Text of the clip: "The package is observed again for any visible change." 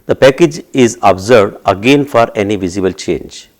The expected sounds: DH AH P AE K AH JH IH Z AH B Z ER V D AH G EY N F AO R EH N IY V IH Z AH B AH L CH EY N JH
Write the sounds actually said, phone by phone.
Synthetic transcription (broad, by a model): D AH P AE K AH JH IH Z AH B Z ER D AH G EY N F AO R EH N IY V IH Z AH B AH L CH EY N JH